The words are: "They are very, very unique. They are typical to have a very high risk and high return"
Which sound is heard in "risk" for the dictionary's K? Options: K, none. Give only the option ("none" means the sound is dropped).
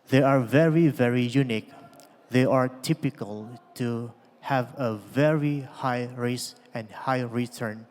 none